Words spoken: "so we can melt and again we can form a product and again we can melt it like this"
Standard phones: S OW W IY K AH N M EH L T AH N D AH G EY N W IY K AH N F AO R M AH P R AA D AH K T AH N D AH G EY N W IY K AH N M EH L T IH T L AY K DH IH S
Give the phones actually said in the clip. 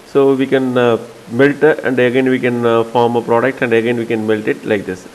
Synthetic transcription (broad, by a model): S OW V IY K AH N M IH L T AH N D AH G EY N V IY K AH N F AO R M AH P R AA D AH K T AH N D AH G EY N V IY K AH N M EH L T IH T L AY K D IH S